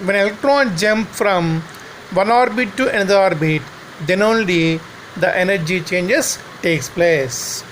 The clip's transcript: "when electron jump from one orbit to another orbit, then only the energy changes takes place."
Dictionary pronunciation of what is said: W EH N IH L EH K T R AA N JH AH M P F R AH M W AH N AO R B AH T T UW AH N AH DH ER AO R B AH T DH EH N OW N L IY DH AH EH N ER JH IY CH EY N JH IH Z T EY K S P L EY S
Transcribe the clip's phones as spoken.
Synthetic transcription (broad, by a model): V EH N IH L EH K T R AA N JH AH M P F R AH M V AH N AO R B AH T T UW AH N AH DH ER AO R B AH T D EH N OW N L IY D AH EH N ER JH IY CH EY N JH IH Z T EY K S P L EY S